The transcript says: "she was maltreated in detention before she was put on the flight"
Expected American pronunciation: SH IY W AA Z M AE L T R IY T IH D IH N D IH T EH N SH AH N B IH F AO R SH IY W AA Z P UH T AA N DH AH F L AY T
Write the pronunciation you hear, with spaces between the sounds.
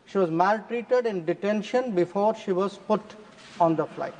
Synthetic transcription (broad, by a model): SH IY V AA Z M AE L T R IY T IH D IH N D IH T EH N SH AH N B IH F AO R SH IY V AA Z P UH T AA N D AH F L AY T